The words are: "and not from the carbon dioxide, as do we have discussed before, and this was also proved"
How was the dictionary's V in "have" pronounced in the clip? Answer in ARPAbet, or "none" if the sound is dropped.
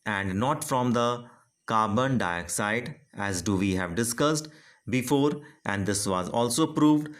V